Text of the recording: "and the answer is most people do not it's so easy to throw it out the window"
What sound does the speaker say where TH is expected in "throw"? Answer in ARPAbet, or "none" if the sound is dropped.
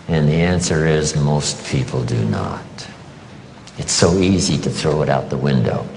TH